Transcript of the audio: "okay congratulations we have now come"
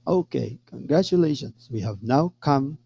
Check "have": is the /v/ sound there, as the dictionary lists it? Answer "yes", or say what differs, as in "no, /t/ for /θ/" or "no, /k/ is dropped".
yes